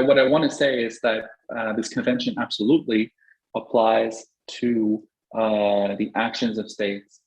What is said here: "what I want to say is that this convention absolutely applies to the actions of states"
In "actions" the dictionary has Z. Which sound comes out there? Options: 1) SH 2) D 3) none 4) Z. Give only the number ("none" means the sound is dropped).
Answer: 4